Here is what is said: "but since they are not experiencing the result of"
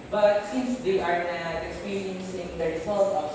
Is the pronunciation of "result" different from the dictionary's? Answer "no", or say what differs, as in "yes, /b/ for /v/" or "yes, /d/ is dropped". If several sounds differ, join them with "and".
yes, /s/ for /z/